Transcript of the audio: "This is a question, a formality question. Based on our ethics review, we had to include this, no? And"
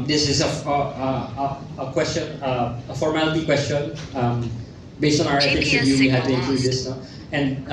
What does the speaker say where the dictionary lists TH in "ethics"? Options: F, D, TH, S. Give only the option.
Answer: F